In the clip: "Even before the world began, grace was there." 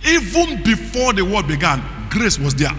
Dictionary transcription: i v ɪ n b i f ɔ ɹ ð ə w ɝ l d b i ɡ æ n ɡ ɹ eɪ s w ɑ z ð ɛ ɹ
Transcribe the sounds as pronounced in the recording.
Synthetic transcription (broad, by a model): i v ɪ n b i f ɔ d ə w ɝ d b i ɡ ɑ n ɡ ɹ eɪ s w ɑ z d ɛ